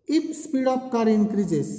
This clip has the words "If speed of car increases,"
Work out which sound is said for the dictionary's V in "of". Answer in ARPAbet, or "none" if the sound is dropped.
P